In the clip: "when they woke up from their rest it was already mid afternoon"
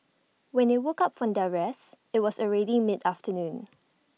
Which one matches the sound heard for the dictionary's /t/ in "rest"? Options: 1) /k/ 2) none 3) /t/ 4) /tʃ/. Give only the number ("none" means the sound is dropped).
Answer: 2